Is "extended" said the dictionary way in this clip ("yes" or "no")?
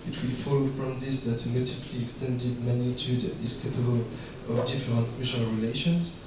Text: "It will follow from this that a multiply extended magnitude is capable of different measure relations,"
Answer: yes